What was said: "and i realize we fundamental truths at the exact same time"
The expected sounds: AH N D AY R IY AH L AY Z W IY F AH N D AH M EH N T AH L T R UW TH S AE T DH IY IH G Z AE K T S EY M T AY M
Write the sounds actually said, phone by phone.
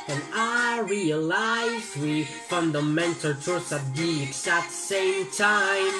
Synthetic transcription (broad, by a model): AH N AY R IY AH L AY Z W IY F AH N D AH M EH N T AH L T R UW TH AE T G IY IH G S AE T S EY M T AY M